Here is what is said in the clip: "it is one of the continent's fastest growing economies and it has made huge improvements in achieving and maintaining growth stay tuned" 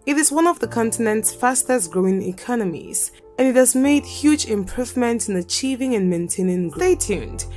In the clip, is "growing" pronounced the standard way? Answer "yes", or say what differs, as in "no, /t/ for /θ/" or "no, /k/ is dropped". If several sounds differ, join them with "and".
yes